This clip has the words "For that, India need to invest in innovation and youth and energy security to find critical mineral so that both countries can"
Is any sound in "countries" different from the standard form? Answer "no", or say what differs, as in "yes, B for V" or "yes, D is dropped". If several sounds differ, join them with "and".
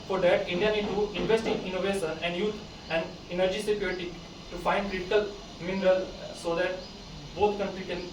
yes, Z is dropped